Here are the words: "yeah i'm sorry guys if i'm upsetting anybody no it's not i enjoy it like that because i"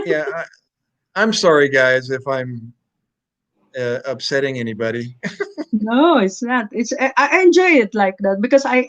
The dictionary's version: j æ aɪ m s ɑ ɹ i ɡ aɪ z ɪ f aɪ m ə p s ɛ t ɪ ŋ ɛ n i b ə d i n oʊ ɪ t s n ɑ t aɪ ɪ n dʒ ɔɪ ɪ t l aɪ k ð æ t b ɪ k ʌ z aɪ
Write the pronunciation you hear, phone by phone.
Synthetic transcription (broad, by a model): j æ aɪ m s ɑ ɹ i ɡ aɪ z ɪ f aɪ m ə p s ɛ t ɪ ŋ ɛ n i b ə d i n oʊ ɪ t s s ɑ t aɪ ɪ n dʒ ɔɪ ɪ t l aɪ k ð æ t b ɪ k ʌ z aɪ